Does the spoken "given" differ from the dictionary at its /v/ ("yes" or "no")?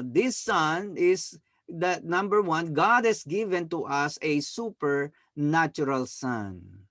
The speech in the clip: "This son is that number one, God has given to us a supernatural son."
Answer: no